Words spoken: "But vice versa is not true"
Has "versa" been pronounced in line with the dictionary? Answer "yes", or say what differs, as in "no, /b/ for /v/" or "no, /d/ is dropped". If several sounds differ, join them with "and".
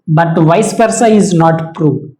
no, /p/ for /v/